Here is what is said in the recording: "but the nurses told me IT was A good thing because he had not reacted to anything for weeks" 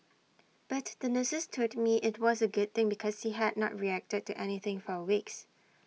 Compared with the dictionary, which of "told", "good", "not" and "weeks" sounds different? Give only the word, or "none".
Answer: told